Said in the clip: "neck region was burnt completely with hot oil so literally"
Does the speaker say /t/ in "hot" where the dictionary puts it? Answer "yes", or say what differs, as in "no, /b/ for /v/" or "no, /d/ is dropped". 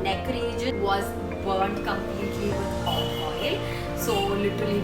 no, /t/ is dropped